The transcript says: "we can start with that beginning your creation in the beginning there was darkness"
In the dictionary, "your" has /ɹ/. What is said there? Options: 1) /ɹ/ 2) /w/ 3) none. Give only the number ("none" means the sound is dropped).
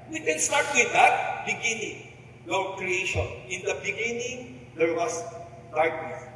2